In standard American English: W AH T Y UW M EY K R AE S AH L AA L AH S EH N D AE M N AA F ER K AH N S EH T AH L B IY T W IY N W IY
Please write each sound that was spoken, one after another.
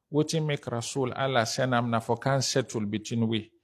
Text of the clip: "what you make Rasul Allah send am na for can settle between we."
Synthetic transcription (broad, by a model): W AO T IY M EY K R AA S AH L AA L AH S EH N AA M N AA F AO K AH N S EH T AH L B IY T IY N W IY